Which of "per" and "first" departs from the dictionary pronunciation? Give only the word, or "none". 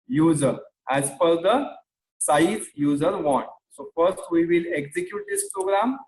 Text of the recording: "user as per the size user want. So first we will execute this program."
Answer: per